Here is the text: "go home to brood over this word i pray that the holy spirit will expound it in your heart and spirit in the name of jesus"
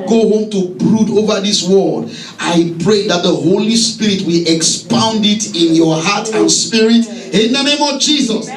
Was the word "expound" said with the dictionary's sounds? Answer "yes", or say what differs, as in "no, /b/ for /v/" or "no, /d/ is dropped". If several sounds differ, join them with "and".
yes